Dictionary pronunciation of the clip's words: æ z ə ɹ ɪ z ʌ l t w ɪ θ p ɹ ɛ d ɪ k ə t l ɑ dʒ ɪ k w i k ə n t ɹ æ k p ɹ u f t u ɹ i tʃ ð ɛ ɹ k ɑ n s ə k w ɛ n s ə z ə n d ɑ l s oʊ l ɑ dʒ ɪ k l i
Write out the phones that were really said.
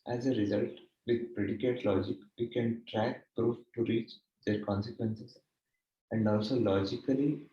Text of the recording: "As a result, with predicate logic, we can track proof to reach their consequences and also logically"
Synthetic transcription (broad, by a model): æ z ə ɹ ɪ z ʌ l t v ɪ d p ɹ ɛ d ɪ k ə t l ɑ dʒ ɪ k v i k ə n t ɹ æ k p ɹ u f t u ɹ i tʃ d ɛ ɹ k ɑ n s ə k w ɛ n s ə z ə n d ɑ l s oʊ l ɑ dʒ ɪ k l i